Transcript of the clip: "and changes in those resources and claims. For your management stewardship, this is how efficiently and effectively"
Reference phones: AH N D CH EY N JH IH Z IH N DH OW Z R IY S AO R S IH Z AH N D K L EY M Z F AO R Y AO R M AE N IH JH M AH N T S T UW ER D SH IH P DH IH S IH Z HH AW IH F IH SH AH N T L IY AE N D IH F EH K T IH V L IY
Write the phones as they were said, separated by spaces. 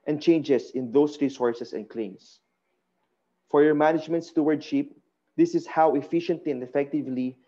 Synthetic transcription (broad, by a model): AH N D CH EY N JH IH S IH N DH OW S R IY S AO R S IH S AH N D K L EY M S F AO R Y AO R M AE N IH JH M AH N T S T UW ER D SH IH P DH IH S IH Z HH AW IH F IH SH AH N T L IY N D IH F EH K T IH V L IY